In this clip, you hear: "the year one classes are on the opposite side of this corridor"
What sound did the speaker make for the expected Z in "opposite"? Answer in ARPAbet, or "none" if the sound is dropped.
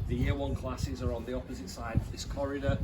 Z